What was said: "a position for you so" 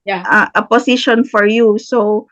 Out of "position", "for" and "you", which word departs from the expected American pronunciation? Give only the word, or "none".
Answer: position